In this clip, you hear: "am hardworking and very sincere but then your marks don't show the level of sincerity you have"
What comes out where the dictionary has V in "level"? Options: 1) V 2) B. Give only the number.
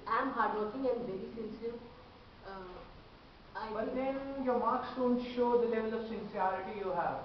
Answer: 1